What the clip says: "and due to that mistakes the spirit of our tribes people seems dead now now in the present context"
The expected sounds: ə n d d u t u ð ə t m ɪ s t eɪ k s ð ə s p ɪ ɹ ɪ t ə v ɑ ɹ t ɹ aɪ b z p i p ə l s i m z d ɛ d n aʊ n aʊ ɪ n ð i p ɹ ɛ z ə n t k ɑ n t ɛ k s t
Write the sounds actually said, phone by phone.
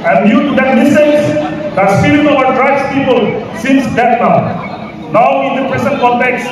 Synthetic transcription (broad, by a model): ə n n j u t u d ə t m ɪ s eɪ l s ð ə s ɪ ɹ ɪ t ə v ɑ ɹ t ɹ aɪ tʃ p i p ə l s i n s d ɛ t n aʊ n aʊ ɪ n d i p ɹ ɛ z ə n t k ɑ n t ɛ k s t